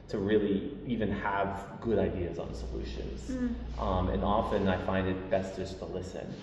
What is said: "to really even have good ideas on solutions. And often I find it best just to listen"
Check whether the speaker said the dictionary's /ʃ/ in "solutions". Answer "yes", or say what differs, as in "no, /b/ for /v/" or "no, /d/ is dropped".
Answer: yes